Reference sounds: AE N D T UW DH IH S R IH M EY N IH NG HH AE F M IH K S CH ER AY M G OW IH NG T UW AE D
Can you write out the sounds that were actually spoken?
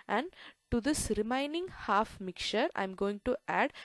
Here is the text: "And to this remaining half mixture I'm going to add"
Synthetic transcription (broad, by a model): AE N D T UW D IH S R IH M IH N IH NG HH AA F M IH K CH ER AY M G OW IH NG T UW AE D